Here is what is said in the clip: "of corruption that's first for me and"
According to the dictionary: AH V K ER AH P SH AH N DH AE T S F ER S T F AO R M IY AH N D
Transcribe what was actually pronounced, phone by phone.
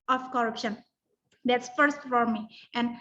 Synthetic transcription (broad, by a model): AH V K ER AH P SH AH N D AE T S F ER S T F AO R M IY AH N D